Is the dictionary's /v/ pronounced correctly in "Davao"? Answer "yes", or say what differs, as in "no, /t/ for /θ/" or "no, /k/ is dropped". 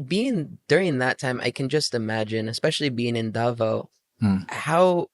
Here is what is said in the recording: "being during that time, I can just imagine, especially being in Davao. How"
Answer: yes